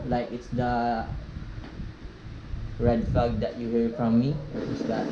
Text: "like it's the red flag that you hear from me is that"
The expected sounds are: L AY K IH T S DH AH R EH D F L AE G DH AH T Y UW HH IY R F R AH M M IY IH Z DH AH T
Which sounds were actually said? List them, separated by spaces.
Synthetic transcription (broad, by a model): L AY K IH T S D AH R EH D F AA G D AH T Y UW HH IY R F R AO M M IY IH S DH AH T